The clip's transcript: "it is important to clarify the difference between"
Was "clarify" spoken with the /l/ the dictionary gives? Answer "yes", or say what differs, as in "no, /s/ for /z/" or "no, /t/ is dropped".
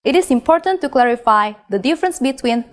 yes